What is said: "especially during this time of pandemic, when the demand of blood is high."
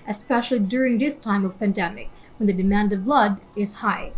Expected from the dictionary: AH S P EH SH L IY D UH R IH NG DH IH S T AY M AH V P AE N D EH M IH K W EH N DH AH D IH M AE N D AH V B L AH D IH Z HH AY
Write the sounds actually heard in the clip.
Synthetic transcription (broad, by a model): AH S P EH SH L IY D UH R IH NG DH IH S T AY M AH V P AE N D EH M IH K W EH N DH AH D IH M AE N D AH V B L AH D IH Z HH AY